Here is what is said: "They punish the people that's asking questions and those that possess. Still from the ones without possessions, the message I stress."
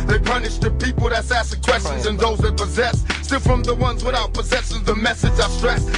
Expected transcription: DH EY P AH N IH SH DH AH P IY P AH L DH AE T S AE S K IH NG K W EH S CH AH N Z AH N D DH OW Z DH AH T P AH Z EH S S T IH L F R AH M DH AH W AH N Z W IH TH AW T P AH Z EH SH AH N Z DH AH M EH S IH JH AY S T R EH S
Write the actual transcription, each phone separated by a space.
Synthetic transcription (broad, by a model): DH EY P AH N IH SH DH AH P IY P L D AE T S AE S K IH K W EH S CH AH N Z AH N DH OW Z DH AH T P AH Z EH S S T IH L F R AH M DH AH W AH N Z W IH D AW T P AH Z EH S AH Z DH AH M EH S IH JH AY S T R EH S